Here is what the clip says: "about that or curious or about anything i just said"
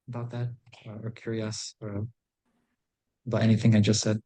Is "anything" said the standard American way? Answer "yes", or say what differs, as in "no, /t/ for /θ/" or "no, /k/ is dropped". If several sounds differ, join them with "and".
yes